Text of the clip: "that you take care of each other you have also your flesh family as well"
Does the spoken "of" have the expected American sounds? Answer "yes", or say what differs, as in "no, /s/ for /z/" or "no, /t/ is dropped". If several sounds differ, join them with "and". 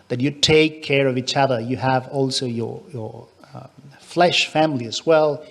yes